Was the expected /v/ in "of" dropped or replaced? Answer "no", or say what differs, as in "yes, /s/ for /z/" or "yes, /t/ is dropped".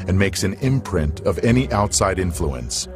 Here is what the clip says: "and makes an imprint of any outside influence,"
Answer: no